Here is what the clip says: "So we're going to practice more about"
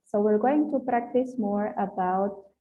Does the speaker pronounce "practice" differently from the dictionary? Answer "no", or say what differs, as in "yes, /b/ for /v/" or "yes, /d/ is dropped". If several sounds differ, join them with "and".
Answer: no